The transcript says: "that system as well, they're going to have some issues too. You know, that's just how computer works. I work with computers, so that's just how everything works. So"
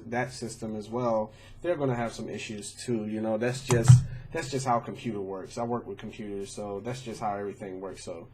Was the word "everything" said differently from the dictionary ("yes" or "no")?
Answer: no